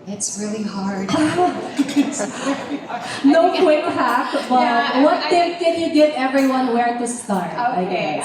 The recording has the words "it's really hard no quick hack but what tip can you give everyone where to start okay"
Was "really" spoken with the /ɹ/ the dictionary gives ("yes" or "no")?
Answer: yes